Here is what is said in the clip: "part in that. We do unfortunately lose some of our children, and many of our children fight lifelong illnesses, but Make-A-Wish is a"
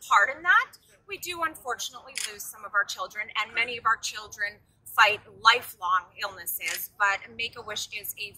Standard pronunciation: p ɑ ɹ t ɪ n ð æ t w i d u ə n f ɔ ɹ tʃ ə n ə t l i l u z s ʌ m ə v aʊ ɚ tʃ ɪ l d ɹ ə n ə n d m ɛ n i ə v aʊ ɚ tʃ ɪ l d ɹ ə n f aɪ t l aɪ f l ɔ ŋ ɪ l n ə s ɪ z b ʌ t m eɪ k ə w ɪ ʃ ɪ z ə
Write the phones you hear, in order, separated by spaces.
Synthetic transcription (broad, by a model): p ɑ ɹ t ɪ n ð æ t w i d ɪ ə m f ɔ ɹ tʃ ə n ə t l i l u z s ʌ m ə v aʊ ɚ tʃ ɪ l d ɹ ə n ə n m ɛ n i ə v aʊ ɚ tʃ ɪ l d ɹ ə n f aɪ t l aɪ f l ɔ ŋ ɪ l n ə s ɪ z b ʌ t m eɪ k ə w ɪ ʃ ɪ z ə